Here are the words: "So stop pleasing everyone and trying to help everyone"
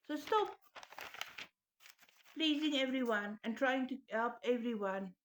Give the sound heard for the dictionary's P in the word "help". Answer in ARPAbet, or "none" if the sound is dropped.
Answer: P